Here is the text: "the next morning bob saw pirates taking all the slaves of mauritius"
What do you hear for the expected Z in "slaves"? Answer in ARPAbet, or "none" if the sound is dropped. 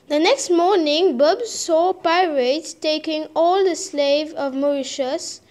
none